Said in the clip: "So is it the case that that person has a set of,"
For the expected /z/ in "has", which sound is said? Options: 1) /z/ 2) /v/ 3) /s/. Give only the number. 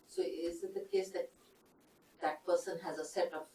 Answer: 1